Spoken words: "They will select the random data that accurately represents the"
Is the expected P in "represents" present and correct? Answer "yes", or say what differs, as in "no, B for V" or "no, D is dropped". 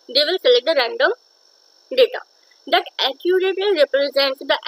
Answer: yes